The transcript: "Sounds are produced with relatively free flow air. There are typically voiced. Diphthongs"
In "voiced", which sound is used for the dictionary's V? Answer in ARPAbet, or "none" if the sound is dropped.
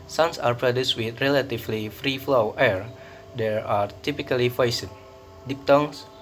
F